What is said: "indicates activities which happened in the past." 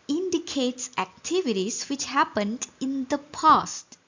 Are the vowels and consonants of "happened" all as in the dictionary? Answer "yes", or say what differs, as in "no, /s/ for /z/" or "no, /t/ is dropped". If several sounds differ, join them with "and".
yes